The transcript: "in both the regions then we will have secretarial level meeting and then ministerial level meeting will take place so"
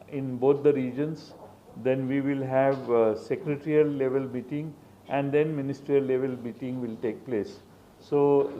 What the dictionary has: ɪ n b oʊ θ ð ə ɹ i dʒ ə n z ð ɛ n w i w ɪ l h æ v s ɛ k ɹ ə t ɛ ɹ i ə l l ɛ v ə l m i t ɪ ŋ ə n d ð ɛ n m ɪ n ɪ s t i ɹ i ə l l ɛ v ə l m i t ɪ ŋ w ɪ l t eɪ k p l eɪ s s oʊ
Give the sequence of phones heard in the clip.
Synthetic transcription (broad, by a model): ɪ n b oʊ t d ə ɹ i dʒ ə n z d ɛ n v i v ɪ l h æ v s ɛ k ɹ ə t ɹ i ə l l ɛ v ə l m i t ɪ ŋ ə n d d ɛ n m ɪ n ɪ s t ɹ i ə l l ɛ v ə l m i t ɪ ŋ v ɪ l t eɪ k p l eɪ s s oʊ